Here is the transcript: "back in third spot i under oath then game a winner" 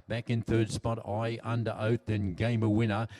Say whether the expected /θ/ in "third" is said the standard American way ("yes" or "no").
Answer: yes